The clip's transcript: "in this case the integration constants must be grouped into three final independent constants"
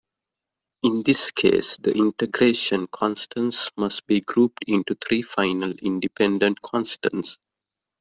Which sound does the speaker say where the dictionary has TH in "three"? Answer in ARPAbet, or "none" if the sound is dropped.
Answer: T